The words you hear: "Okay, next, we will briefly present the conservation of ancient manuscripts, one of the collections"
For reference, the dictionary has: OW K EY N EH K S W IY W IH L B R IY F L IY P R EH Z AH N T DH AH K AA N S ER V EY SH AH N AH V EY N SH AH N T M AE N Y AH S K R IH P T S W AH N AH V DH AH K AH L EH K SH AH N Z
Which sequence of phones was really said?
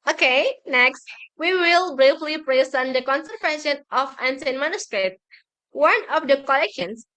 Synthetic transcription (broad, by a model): OW K EY N EH K S W IY W IH L B R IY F L IY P R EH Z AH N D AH K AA N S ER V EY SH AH N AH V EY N S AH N M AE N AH S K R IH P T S W AH N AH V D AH K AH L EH K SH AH N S